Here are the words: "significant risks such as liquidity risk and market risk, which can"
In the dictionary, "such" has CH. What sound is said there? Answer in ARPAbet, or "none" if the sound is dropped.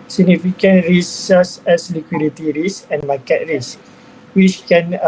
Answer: S